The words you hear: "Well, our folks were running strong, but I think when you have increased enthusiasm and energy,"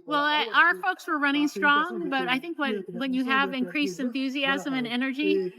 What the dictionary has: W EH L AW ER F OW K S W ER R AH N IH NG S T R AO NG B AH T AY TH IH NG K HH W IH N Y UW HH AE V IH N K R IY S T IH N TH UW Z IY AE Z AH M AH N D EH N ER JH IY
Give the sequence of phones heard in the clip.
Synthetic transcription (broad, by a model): W EH L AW ER F OW K S W ER R AH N IH NG S T R AO NG B AH T AY TH IH NG K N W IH N Y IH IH V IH N K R IY S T IH N TH UW Z IY AE Z AH M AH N EH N ER JH IY